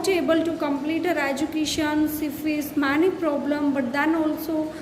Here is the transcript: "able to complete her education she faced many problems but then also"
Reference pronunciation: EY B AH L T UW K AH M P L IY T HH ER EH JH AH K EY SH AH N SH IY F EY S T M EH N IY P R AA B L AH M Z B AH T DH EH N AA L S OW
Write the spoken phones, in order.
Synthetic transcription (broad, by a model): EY B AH L T UW K AH M P L IY T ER EH JH AH K EY SH AH N S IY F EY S M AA N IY P R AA B L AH M B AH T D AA N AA L S OW